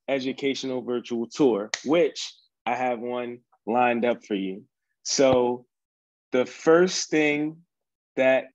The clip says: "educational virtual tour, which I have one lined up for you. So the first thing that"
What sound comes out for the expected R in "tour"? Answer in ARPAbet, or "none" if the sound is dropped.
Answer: R